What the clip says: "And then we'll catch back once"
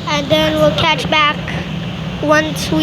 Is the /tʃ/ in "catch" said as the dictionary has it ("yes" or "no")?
yes